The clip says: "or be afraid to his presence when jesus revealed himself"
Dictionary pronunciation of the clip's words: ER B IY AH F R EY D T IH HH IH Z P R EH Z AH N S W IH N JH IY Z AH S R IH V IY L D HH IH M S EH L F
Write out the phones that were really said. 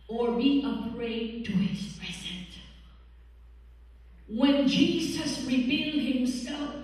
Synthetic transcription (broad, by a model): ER B IY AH P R EY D T IH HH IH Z P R EH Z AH N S W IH N JH IY Z AH S R IH V IY L D HH IH M S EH L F